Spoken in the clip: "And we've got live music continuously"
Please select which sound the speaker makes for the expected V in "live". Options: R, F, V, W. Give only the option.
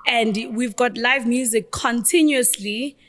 V